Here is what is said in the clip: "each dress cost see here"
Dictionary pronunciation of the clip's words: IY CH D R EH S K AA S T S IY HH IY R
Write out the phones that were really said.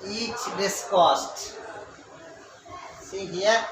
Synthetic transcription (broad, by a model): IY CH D IH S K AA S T S IY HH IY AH